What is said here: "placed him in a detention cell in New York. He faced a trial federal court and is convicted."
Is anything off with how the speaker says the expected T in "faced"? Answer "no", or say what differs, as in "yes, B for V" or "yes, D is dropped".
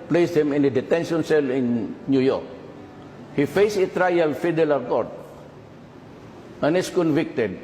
yes, T is dropped